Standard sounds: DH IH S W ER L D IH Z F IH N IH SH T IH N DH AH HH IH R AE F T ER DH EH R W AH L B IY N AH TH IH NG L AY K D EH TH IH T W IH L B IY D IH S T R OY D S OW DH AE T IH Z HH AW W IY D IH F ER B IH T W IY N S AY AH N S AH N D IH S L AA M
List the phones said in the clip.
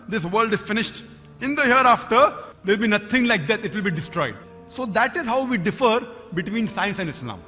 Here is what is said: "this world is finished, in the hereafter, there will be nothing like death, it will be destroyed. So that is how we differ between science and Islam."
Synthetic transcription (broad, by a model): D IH S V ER L D IH Z F IH N IH SH T IH N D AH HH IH R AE F T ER R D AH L B IY N AH T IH NG L AY K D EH T IH T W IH L B IY D IH S T R OY D S OW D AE T IH Z HH AW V IY D IH F ER B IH T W IY N S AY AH N S AH N D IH S L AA M